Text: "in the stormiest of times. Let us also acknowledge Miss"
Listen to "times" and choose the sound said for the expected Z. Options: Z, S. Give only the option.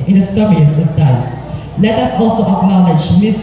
S